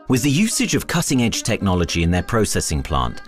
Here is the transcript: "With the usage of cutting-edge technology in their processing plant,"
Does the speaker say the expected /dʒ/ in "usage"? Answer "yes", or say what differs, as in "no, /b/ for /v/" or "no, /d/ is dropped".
yes